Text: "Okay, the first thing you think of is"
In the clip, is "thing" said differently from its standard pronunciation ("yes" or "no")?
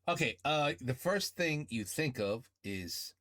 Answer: no